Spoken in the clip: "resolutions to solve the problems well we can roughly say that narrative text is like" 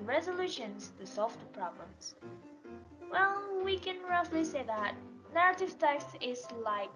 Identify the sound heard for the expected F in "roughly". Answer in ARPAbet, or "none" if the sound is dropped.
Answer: F